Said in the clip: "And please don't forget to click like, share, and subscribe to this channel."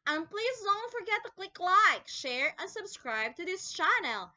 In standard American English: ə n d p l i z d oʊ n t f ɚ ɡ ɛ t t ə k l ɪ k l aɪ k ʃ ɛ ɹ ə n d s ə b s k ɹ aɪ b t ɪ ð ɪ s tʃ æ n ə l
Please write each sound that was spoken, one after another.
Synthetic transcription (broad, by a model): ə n p l i z d oʊ n t f ɚ ɡ ɛ t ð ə k l ɪ k l aɪ k ʃ ɛ ɹ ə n s ə b s k ɹ aɪ b t ɪ ð ɪ s tʃ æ n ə l